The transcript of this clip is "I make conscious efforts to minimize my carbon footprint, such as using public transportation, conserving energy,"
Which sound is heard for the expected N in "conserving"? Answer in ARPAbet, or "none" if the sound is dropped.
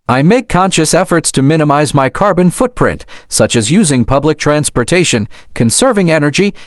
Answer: N